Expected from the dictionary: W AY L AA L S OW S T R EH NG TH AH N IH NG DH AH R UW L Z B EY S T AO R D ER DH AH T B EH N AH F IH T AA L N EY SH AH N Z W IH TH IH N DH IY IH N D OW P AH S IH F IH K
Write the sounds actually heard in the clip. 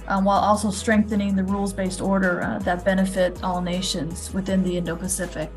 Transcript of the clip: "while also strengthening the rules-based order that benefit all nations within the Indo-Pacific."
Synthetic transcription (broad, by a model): W AY L AA L S OW S T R EH NG TH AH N IH NG DH AH R UW L Z B EY S T AO R D ER DH AH T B EH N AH F IH T AA L N EY SH AH N Z W IH TH IH N DH IY IH N D OW P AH S IH F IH K